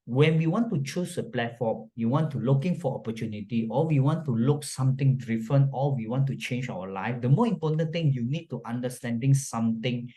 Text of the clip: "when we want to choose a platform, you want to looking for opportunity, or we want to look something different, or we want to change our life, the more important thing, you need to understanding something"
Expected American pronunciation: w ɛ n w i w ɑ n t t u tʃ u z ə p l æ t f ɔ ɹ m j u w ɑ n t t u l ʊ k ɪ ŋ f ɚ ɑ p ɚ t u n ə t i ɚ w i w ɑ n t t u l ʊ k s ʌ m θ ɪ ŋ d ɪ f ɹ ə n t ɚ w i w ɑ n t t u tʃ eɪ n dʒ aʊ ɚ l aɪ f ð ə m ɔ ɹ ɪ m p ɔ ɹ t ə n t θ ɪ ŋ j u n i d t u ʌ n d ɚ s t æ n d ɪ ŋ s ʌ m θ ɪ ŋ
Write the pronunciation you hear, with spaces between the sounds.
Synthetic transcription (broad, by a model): w ɛ n w i w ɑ n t t u tʃ u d ə p l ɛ t f ɔ m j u w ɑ n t t u l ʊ k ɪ ŋ f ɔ ɑ p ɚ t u n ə t i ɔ w i w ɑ n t t u l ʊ k s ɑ m t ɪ ŋ d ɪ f ə n ɔ w i w ɑ n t t u tʃ eɪ n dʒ aʊ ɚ l aɪ f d ə m ɔ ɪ m p ɔ t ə n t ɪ ŋ j u n i d t u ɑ n d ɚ s t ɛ n d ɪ ŋ s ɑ m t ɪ ŋ